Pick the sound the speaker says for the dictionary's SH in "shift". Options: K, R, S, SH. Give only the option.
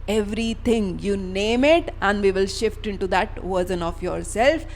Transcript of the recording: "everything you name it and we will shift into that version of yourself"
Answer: SH